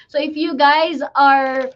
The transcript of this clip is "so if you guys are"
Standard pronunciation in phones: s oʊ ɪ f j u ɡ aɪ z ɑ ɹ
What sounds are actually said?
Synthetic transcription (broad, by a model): s oʊ ɪ f j u ɡ aɪ z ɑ ɹ